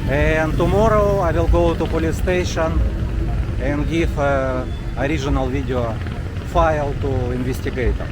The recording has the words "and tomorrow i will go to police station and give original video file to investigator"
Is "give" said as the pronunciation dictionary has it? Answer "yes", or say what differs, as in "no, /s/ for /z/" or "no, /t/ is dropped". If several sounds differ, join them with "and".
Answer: no, /f/ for /v/